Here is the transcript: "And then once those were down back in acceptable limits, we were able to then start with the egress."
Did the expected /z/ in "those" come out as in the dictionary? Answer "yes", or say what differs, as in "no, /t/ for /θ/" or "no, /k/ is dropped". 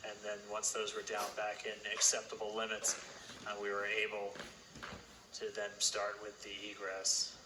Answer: yes